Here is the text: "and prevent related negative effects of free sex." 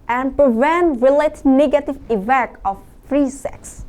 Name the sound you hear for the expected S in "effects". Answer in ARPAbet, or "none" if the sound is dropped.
none